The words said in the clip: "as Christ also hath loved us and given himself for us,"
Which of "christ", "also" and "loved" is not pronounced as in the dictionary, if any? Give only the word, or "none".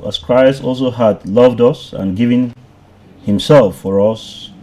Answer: none